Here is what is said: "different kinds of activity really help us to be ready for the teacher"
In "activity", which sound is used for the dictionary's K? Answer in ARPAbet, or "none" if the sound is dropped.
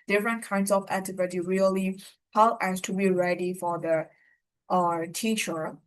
none